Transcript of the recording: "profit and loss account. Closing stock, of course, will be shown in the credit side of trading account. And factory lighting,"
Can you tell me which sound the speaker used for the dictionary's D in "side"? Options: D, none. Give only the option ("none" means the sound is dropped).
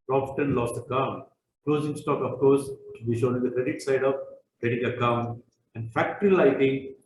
D